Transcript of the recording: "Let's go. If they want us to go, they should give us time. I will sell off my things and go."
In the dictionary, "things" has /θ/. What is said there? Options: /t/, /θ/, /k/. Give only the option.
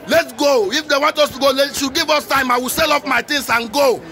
/t/